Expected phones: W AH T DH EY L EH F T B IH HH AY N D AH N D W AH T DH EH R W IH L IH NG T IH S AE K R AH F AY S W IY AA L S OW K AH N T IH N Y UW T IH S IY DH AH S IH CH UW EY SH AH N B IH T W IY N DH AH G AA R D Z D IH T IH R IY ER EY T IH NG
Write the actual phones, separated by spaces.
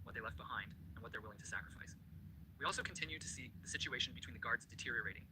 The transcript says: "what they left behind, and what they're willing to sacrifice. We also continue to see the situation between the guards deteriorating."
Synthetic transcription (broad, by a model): W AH T DH EY L EH F T B IH HH AY N D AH N W AH T DH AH R W IH L IH NG T IH S AE K R AH F AY S W IY AA L S OW K N T IH N Y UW T IH S IY DH AH S IH CH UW EY SH N B IH T W IY N DH AH G AA R D Z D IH T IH R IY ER EY T IH NG